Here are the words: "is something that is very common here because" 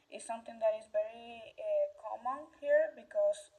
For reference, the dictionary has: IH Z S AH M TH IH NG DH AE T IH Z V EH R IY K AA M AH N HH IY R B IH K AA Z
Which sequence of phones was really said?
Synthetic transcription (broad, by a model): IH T S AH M T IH NG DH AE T IH Z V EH R IY K AA M AH N HH IY R B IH K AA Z